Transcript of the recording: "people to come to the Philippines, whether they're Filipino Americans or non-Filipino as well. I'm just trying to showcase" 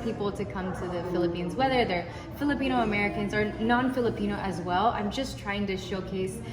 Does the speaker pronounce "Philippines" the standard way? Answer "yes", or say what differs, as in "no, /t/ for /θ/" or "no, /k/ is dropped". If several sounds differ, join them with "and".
yes